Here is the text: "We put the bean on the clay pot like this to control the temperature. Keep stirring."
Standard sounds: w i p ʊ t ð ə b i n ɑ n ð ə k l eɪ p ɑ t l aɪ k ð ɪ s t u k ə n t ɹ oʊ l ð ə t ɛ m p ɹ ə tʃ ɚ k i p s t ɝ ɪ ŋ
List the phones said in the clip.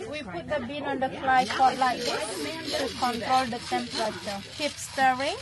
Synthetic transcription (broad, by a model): w i p ʊ t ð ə b i n ɑ n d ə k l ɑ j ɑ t l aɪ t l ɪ t u k ə n t ɹ oʊ l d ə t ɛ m p ɹ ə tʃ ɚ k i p s t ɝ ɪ ŋ